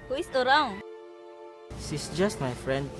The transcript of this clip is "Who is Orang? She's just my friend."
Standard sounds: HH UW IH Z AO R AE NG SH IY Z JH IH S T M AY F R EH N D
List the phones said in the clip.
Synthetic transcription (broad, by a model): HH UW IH S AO R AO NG S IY S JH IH S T M AY F R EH N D